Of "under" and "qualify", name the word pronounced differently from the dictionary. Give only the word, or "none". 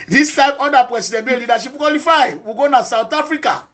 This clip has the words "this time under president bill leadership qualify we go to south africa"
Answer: under